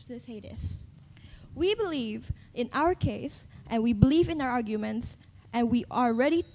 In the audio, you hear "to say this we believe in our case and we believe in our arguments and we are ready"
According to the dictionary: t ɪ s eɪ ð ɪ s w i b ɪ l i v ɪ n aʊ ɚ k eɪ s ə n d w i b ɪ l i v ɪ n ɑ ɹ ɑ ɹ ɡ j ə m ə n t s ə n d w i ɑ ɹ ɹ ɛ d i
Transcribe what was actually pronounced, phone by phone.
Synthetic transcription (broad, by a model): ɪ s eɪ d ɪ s w i b ɪ l i v ɪ n aʊ ɚ k eɪ s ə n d w i b ɪ l i v ɪ n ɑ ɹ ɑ ɹ ɡ j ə m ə n t s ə n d w i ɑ l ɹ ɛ d i